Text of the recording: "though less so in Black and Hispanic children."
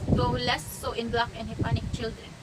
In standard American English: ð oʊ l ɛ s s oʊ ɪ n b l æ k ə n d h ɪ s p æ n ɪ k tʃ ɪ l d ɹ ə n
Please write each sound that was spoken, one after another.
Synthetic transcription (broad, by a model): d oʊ l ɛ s s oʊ ɪ n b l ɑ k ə n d h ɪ p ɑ n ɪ k tʃ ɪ l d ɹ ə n